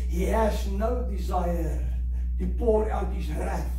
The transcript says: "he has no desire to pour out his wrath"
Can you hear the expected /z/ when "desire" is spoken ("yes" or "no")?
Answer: yes